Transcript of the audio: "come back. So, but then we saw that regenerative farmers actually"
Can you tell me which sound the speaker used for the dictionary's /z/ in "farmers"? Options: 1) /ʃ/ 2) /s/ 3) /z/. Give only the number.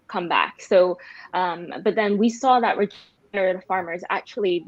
3